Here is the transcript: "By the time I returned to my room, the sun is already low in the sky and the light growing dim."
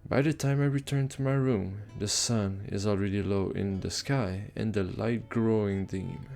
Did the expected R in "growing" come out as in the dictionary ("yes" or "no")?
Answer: yes